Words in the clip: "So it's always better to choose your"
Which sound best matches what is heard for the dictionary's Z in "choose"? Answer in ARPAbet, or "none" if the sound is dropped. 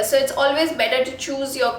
Z